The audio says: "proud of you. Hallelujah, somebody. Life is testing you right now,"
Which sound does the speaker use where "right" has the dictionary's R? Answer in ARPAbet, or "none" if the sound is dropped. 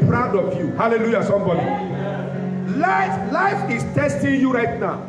R